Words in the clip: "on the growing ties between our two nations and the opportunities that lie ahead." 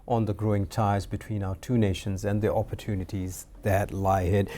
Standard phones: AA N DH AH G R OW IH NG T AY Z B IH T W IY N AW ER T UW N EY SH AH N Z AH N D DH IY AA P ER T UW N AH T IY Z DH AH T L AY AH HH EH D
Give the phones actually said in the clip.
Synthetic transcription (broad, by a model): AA N DH AH G R OW IH NG T AY Z B IH T W IY N AW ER T UW N EY SH AH N Z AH N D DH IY AA P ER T UW N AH T IY Z DH AH T L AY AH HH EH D